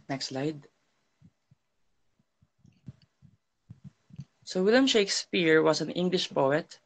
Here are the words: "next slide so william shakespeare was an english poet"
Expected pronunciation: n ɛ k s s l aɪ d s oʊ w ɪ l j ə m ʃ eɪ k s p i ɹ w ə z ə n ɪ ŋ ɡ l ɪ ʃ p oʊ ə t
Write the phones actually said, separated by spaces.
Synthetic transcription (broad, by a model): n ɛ k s s l aɪ d s oʊ w ɪ l j ə m ʃ eɪ k s p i ɹ w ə s ə n ɪ ŋ ɡ l ɪ ʃ p oʊ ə t